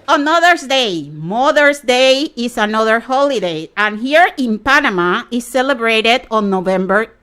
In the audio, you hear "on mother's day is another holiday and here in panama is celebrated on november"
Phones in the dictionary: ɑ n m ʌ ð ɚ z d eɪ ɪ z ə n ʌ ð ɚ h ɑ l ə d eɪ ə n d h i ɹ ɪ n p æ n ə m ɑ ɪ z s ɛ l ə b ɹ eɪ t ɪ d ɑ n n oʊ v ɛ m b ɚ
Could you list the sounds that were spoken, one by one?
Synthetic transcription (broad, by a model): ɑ n m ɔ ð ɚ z d eɪ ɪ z ə n ʌ ð ɚ h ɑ l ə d eɪ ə n h i ɹ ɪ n p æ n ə m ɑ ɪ s ɛ l ə b ɹ eɪ t ɪ d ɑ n n oʊ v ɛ m b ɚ